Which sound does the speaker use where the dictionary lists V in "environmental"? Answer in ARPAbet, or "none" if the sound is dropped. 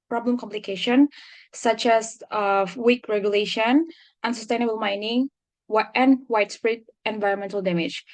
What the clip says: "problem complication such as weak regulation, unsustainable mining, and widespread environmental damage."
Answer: V